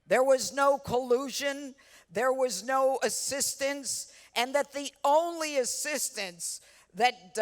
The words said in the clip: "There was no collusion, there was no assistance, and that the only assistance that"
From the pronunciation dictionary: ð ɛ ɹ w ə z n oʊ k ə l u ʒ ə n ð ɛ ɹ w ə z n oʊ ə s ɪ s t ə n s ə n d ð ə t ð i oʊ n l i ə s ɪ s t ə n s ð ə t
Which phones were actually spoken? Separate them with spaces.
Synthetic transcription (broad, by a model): ð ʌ ɹ w ə z n oʊ k ə l u ʒ ə n ð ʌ ɹ w ə z n oʊ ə s ɪ s t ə n s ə n ð ə t ð i oʊ n l i ə s ɪ s t ə n s ð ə t